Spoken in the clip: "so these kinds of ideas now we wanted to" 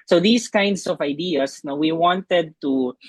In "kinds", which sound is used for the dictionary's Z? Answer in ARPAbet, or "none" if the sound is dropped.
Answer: S